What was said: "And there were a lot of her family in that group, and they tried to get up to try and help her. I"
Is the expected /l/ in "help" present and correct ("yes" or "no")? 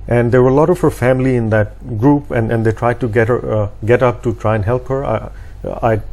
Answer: yes